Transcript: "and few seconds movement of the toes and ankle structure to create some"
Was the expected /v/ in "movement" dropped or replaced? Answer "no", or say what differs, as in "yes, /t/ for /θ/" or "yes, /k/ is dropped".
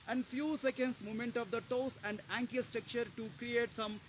yes, /v/ is dropped